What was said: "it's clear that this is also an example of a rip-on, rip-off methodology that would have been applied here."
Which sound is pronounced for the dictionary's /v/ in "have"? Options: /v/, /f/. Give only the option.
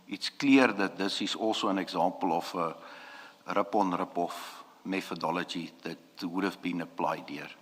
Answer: /f/